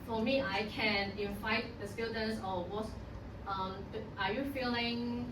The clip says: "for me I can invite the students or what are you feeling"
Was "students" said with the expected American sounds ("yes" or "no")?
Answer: no